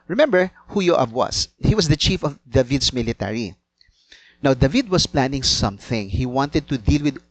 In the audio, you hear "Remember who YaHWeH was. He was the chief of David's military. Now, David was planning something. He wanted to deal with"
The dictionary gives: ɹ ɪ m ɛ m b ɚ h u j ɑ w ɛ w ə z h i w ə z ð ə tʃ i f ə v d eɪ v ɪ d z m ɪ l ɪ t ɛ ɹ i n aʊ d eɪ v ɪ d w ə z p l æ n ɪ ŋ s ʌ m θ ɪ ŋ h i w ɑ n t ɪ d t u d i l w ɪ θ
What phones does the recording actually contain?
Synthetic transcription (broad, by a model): ɹ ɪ m ɛ m b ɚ h u j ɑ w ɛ w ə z h i w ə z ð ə tʃ i f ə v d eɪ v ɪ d s m ɪ l ɪ t ɛ ɹ i n aʊ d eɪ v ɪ d w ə s p l æ n ɪ ŋ s ʌ m θ ɪ ŋ h i w ɑ n t ɪ d t u d i l w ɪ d